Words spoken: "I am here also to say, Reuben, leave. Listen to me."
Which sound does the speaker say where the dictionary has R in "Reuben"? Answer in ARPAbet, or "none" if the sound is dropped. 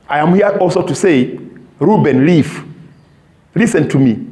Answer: R